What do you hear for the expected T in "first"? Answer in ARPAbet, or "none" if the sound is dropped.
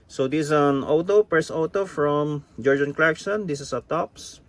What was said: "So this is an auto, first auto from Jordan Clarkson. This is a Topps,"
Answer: none